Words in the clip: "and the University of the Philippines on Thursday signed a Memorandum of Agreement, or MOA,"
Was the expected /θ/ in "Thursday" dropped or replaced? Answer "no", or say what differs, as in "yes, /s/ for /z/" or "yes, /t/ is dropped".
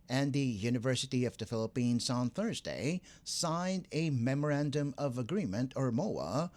no